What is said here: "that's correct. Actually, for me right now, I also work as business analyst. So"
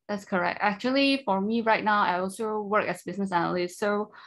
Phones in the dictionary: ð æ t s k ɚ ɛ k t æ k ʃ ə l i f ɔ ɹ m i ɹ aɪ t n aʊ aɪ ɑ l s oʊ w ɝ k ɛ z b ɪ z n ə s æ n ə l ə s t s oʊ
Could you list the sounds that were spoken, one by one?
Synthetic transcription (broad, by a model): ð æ t s k ɚ ɛ k t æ k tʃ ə l i f ɔ ɹ m i ɹ aɪ t n aʊ aɪ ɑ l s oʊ w ɝ k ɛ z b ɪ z n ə s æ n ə l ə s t s oʊ